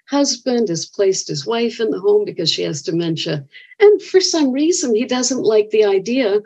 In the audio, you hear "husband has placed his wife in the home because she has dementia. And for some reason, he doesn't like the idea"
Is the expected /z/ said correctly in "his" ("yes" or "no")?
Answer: yes